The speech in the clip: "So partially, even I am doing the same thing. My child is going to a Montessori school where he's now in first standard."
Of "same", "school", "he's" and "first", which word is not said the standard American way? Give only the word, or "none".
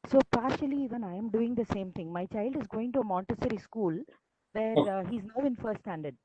first